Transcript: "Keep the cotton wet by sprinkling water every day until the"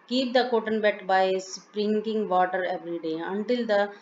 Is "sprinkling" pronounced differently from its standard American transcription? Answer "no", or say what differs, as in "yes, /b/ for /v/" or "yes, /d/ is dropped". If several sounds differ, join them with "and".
yes, /l/ is dropped